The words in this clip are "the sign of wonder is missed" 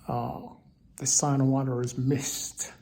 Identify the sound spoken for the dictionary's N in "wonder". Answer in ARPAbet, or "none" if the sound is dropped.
none